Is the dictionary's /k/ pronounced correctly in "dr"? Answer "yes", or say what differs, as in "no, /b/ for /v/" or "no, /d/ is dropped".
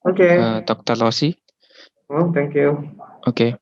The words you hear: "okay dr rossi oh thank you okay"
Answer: yes